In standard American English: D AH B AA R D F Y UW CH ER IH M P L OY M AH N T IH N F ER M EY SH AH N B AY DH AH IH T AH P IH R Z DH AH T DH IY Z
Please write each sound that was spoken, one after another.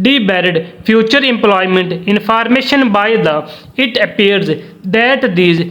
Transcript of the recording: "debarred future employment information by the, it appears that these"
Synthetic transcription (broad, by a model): D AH B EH R D P Y UW CH ER IH M P L OY M AH N T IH N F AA M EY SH AH N B AY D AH IH T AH P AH R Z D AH T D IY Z